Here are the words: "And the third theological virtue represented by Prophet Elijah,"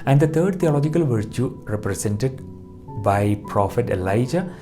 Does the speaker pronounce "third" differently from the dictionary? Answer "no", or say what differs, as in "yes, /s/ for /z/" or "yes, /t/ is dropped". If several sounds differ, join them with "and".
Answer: yes, /t/ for /θ/